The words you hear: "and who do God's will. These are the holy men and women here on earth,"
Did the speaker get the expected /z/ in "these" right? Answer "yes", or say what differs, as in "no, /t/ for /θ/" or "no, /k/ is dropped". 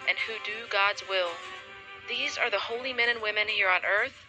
yes